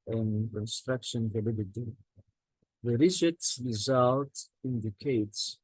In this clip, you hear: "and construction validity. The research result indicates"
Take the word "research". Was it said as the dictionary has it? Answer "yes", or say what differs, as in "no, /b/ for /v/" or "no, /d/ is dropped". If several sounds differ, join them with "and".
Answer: no, /s/ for /tʃ/